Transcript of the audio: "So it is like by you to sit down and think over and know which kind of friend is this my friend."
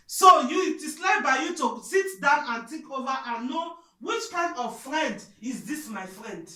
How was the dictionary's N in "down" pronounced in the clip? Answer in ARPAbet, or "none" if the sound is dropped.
N